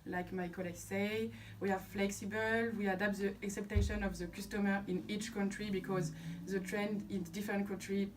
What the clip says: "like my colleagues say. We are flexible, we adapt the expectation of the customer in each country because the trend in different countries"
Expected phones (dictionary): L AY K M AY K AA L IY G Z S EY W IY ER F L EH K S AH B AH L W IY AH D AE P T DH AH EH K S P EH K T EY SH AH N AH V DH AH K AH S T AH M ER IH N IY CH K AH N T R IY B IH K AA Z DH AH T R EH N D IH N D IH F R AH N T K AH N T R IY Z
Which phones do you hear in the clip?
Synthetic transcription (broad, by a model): L AY K M AY K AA L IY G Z S EY W IY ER F L EH K S AH B AH L W IY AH D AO P T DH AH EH K S EH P T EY SH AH N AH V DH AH K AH S T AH M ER IH N IY CH K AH N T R IY B IH K AA Z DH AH T R EH N D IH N D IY F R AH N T K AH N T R IY